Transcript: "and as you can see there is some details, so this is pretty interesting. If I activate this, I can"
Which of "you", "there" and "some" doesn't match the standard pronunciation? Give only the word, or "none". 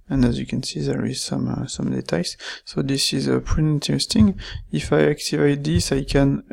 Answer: none